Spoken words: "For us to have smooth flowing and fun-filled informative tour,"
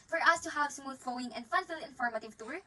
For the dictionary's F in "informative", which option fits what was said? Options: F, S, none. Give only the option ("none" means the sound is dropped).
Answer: F